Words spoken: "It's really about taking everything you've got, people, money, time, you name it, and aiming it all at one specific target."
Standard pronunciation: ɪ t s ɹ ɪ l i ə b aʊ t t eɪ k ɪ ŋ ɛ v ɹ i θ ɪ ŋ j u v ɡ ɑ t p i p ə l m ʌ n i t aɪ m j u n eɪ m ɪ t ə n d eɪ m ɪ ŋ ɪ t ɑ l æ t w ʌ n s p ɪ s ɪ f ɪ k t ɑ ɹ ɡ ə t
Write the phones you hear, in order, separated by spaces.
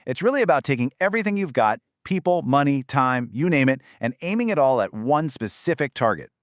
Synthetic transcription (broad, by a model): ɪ t s ɹ ɪ l i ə b aʊ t t eɪ k ɪ ŋ ɛ v ɹ i θ ɪ ŋ j u v ɡ ɑ t p i p l m ʌ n i t aɪ m j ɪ n eɪ m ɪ t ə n eɪ m ɪ ŋ ɪ t ɑ l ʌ t w ʌ n s p ɪ s ɪ f ɪ k t ɑ ɹ ɡ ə t